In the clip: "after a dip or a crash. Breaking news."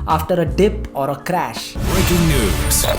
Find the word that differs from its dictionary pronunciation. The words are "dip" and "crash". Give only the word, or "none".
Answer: none